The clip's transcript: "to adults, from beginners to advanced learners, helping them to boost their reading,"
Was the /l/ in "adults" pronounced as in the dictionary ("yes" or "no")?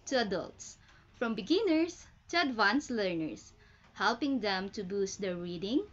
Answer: yes